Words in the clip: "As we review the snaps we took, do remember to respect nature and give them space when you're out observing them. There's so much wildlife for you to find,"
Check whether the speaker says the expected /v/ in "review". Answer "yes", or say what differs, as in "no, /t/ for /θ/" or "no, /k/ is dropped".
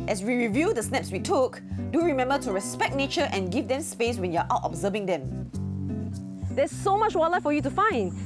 yes